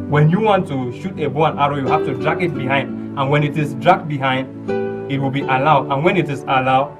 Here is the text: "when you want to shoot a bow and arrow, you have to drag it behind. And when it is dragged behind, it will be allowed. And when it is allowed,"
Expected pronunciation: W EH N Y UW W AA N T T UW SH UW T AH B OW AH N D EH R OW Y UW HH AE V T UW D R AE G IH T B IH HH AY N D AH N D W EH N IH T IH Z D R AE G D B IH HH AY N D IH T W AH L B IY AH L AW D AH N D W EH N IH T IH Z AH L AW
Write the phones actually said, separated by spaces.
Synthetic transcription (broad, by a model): W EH N Y UW W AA N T T UW SH UW T AH B OW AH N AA R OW Y UW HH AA F T UW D R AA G IH T B IH HH AY N D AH N W EH N IH T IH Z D R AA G B IH HH AY N D IH T W AH L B IY AH L AW D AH N W EH N IH T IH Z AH L AW